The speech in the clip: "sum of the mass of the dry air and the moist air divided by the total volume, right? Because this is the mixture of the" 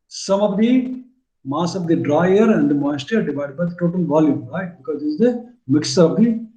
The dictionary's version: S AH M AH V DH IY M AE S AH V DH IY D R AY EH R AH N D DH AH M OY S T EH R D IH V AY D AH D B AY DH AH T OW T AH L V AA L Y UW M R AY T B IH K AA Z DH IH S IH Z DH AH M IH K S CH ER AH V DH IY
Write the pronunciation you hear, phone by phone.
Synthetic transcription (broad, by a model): S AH M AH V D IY M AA S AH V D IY D R AY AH R AH N D M OY S T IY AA D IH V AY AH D B AY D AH T OW T AH L V AA L Y UW M R AY T B IH K AA Z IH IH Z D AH M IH K S ER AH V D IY